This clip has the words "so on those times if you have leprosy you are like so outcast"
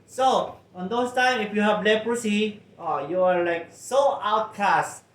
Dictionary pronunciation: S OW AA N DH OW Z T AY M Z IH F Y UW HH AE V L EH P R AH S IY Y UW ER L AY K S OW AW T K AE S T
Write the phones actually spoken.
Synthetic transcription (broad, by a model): S OW AA N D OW S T AY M IH F Y UW HH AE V L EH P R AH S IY Y UW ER L AY K S OW AW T K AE S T